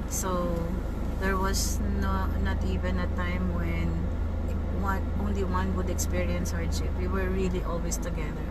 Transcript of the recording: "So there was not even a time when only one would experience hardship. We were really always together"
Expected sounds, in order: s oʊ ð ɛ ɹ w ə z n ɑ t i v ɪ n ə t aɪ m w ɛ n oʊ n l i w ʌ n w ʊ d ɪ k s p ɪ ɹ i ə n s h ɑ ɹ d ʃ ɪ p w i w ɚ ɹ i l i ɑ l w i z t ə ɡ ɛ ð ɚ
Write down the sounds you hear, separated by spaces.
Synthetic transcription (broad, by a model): s oʊ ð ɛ ɹ w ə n n ɑ t i v ɪ n ə t aɪ m w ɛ n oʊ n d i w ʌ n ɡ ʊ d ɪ k s p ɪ ɹ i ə n s h ɑ ɹ d ʃ ɪ p w i w ɚ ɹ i l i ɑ l w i s t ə ɡ ɛ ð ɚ